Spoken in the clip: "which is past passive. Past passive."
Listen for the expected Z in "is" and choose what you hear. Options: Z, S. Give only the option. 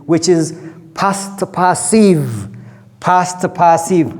Z